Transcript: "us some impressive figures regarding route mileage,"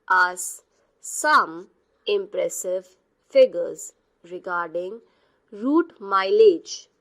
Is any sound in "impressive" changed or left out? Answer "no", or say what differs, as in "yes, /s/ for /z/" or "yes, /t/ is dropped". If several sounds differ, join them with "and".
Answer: no